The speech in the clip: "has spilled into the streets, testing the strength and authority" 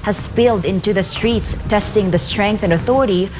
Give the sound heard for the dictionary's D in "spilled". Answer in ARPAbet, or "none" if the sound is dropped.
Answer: D